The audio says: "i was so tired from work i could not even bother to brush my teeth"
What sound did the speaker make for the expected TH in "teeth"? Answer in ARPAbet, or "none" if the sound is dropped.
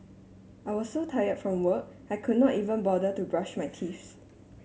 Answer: S